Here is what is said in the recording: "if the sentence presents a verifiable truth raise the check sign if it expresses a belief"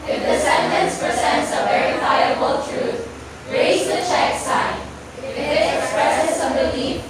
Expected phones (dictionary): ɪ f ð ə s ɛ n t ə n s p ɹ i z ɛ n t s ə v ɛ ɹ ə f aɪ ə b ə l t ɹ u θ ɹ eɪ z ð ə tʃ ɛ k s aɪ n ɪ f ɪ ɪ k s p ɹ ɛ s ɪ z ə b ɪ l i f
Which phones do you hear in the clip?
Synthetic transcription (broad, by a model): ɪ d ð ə s ɛ n t ə n s p ɹ i z ɛ n t s ə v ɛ ɹ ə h aɪ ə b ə l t ɹ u t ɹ eɪ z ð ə tʃ ɛ k s aɪ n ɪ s ɪ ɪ k s p ɹ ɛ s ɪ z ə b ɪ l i